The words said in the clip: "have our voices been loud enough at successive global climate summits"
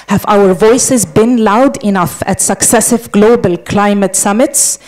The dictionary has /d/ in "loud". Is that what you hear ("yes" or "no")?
yes